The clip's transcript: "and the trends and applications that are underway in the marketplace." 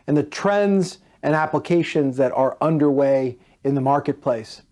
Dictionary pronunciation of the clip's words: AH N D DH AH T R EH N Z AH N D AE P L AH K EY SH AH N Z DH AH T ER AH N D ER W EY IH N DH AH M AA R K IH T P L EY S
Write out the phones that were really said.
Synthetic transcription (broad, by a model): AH N DH AH T R EH N Z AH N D AE P L AH K EY SH AH N Z DH AH T ER AH N D ER W EY IH N DH AH M AA R K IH T P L EY S